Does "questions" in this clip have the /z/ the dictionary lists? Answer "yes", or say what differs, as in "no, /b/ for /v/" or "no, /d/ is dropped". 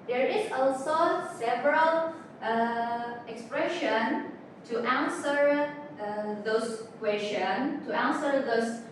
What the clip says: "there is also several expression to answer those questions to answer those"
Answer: no, /z/ is dropped